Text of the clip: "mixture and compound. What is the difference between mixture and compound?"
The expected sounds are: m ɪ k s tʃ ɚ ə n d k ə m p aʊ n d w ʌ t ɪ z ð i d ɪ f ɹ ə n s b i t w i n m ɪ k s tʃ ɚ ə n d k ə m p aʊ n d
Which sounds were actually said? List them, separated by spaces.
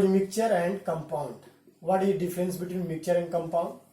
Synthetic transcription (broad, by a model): m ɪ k tʃ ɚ ə n d k ə m p aʊ n d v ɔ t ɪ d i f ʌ ɹ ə n s b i t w i n m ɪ k tʃ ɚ ə n d k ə m p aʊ n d